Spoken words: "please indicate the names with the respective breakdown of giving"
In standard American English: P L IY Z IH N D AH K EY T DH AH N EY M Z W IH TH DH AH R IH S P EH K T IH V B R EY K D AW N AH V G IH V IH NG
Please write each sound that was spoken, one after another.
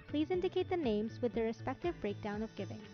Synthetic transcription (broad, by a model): P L IY Z IH N D AH K EY T DH AH N EY M Z W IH DH AH R IH S P EH K T IH V B R EY K D AW N AH V G IH V IH NG